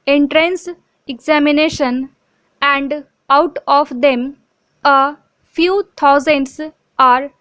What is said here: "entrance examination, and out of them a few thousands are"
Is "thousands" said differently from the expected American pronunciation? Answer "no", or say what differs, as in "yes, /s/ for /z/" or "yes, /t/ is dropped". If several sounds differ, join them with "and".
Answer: yes, /t/ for /θ/